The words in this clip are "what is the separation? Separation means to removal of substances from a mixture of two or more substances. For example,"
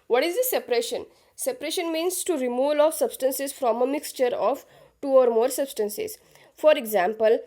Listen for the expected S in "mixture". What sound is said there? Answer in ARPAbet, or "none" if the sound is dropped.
S